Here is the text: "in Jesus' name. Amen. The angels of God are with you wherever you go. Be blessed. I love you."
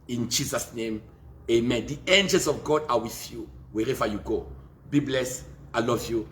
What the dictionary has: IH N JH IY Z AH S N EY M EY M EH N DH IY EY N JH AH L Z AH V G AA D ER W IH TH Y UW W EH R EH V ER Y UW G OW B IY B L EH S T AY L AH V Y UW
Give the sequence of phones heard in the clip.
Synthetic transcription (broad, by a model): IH N JH IY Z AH S N EY M EY M EH N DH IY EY N JH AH L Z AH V G AA D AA W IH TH Y UW W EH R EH V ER Y UW G OW B IY B L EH S AY L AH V Y UW